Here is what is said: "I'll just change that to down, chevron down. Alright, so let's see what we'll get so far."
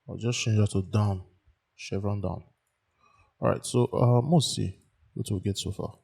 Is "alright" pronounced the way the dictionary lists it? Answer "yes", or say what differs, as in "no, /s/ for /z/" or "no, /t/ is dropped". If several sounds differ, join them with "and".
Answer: no, /l/ is dropped